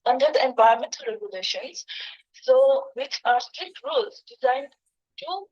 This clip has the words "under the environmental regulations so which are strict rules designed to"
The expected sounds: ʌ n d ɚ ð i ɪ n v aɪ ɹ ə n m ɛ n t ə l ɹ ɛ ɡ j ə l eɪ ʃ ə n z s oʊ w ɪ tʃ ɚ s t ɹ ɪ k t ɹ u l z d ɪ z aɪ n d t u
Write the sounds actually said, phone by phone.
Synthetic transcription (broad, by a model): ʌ n d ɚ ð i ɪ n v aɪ ə m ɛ n t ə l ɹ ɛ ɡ j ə l eɪ ʃ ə n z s oʊ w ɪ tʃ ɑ s t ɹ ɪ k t ɹ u l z d ɪ z aɪ n d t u